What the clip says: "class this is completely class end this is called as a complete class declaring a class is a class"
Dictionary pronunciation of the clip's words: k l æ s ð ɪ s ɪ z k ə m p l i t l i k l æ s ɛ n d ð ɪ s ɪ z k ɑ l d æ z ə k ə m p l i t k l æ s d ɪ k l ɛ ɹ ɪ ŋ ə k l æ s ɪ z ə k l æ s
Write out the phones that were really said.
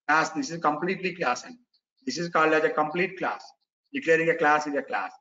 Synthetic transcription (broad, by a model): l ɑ s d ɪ s ɪ z k ə m p l i t l i k l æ s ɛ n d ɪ s ɪ z k ɑ l d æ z ə k ə m p l i t k l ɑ s d ɪ k l ɛ ɹ ɪ ŋ ə k l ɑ s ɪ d ə k l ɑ s